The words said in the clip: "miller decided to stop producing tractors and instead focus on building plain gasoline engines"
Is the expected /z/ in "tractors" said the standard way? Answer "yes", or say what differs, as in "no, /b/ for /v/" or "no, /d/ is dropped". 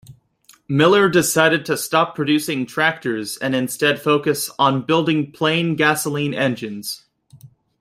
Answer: yes